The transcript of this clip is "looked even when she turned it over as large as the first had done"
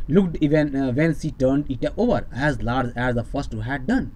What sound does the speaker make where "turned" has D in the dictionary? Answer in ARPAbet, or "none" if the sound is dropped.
D